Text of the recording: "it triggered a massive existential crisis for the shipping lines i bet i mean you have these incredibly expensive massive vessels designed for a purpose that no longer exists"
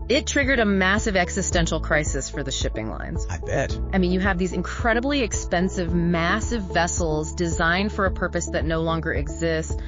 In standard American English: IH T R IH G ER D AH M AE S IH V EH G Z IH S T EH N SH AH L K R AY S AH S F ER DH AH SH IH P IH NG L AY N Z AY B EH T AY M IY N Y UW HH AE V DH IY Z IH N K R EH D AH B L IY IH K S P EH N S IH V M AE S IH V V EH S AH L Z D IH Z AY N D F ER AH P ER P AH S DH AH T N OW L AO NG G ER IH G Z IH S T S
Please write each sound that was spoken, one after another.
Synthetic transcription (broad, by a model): IH T R IH G ER D AH M AE S IH V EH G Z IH S T EH N SH L K R AY S AH S F ER DH AH SH IH P IH NG L AY N Z AY B EH T AY M IY N Y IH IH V DH IY Z IH N K R EH D AH B L IY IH K S P EH N S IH V M AE S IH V V EH S L Z D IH Z AY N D F ER AH P ER P AH S DH AH T N OW L AO NG G ER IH G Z IH S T S